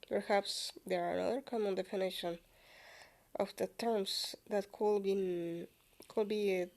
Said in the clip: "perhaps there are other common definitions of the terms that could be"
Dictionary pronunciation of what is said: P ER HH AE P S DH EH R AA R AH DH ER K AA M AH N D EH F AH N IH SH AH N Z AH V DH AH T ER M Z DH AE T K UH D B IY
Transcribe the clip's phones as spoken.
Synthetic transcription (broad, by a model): P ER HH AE P S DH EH R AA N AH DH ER K AA M AH N D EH F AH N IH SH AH N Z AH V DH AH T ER M S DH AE T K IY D B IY